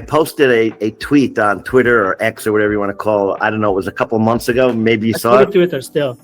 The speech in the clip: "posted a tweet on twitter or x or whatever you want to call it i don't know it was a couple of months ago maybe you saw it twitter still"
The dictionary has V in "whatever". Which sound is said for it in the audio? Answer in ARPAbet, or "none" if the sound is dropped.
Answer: V